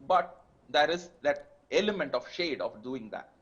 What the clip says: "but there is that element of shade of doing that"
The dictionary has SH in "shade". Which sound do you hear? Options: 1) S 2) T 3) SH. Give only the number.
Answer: 3